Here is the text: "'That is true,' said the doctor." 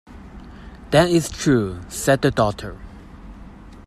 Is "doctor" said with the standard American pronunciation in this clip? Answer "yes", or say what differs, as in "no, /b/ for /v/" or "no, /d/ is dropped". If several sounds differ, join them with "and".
no, /k/ is dropped